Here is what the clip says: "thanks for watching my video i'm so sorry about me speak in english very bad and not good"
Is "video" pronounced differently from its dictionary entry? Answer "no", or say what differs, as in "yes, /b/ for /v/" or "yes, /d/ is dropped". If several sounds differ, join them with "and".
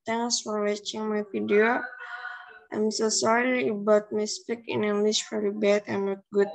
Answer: yes, /f/ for /v/